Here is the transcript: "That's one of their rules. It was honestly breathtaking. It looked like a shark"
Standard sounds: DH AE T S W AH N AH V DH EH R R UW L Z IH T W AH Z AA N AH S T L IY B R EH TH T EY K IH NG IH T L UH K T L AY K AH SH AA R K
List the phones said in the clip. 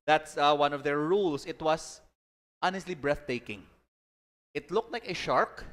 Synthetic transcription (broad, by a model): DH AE T S W AH N AH V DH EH R R UW L S IH T W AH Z AA N AH S T L IY B R EH TH T EY K IH NG IH T L UH K T L AY K AH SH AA R K